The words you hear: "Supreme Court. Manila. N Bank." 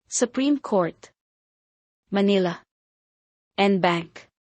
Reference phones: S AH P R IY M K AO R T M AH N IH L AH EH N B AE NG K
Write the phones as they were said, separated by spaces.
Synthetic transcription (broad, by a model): S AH P R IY M K AO R T M AH N IH L AH EH N B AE NG K